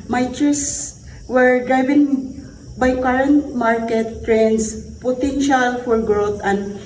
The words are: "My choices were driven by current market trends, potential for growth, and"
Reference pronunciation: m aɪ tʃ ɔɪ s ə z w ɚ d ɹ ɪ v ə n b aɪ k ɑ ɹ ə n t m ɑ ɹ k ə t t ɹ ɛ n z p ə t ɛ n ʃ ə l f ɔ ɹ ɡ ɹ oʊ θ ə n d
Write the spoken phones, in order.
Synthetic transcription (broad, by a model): m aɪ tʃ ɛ s w ɚ d ɹ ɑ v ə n b aɪ k ɑ ɹ ə n t m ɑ ɹ k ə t t ɹ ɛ n s p ə t ɛ n ʃ ə l f ɔ ɹ ɡ ɹ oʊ t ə n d